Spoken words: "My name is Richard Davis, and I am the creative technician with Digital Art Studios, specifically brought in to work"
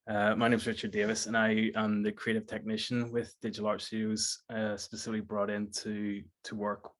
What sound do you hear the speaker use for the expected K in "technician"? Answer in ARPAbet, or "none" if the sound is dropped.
K